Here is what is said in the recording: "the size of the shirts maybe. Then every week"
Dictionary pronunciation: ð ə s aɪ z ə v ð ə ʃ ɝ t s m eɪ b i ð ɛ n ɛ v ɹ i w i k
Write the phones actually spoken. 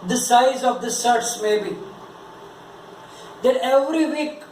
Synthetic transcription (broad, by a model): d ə s aɪ z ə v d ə s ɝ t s m eɪ b i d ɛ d ɛ v ɹ i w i k